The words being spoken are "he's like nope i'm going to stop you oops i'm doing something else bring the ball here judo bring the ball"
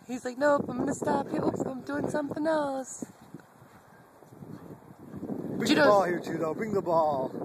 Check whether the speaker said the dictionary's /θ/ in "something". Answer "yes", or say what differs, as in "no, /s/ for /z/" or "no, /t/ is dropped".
yes